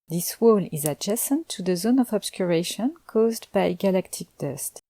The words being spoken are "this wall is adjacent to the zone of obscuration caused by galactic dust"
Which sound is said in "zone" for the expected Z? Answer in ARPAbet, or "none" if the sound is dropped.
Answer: Z